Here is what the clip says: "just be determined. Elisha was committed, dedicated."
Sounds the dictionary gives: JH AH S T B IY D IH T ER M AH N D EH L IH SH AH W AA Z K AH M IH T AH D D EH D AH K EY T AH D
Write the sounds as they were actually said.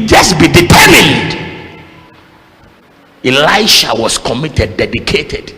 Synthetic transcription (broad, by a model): JH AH S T B IY D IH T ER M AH N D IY L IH SH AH W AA S K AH M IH T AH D D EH D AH K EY T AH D